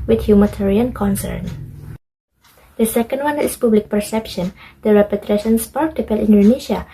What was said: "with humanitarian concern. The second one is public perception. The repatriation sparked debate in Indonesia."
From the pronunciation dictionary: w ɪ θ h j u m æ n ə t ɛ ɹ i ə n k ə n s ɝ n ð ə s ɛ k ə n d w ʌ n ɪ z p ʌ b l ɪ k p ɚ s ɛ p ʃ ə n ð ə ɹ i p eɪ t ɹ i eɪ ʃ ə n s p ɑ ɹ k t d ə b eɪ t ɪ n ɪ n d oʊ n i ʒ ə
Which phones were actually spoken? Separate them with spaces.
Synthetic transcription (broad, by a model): w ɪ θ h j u m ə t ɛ ɹ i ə n k ə n s ɝ n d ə s ɛ k ə n d w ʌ n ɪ s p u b l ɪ k p ɚ s ɛ p ʃ ə n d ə ɹ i p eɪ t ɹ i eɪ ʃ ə n s p ɑ ɹ k t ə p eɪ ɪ l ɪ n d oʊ n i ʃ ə